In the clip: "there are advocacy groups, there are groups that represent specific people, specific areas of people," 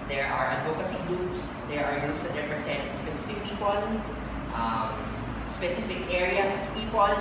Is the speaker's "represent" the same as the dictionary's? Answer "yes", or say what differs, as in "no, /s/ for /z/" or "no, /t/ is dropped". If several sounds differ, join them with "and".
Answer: no, /s/ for /z/